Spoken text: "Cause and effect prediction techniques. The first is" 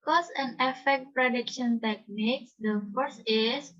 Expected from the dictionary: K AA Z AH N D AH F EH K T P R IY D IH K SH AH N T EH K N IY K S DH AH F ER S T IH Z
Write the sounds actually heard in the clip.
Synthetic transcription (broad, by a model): K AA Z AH N AH F EH K T P R IY D IH K SH AH N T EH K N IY K S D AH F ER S IH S